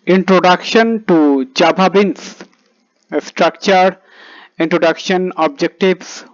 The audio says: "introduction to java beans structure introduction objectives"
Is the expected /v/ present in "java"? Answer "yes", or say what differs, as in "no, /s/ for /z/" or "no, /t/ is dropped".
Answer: no, /b/ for /v/